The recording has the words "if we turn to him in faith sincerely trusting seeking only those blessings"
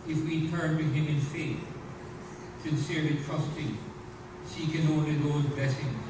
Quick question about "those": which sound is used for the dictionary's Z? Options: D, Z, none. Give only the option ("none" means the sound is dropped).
Z